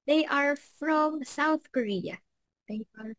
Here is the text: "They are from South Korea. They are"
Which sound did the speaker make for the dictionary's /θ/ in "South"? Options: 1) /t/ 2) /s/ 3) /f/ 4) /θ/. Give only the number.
4